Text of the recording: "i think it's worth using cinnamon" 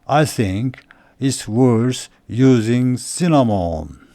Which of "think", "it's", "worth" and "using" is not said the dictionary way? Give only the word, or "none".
worth